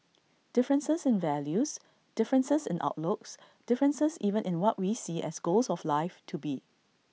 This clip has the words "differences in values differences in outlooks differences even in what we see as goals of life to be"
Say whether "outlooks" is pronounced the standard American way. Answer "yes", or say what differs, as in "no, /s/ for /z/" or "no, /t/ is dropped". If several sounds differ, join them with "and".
yes